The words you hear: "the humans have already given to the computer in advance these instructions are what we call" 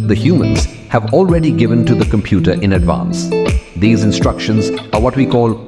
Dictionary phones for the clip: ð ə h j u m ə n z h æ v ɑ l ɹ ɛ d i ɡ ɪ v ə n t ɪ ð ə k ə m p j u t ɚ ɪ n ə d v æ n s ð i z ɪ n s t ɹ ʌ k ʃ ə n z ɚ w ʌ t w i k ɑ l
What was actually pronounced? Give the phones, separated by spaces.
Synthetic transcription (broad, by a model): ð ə h j u m ə n z h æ v ɑ l ɹ ɛ d i ɡ ɪ v ə n t ɪ ð ə k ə m p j u t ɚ ɪ n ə d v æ n s ð i z ɪ n s t ɹ ʌ k ʃ ə n z ɚ w ʌ t w i k ɑ l